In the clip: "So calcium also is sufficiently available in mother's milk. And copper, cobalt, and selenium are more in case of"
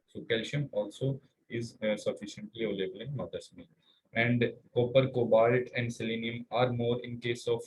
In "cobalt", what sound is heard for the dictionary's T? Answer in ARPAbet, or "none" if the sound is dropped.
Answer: T